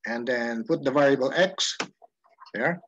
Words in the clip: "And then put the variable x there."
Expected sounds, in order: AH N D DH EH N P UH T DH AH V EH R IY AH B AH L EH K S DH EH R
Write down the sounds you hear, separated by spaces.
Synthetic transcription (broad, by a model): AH N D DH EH N P UH T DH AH V EH R IY AH B AH L EH K S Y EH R